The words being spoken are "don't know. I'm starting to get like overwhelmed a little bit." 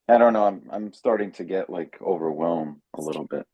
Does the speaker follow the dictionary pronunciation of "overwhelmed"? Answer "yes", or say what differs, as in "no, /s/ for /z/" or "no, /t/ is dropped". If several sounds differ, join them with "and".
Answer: no, /d/ is dropped